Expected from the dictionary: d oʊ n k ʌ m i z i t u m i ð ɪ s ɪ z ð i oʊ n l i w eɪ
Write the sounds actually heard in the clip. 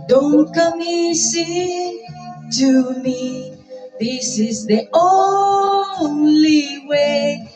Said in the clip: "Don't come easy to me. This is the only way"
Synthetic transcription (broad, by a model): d oʊ n k ʌ m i s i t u m i ð ɪ s ɪ z ð i oʊ n l i w eɪ